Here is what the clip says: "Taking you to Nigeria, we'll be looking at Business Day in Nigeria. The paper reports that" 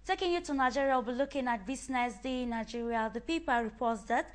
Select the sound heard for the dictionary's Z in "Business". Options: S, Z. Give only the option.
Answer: S